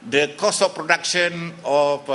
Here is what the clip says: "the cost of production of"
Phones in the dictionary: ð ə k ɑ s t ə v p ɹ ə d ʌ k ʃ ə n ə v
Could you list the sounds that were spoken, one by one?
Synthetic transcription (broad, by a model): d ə k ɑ s ə f p ɹ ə d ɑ k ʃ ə n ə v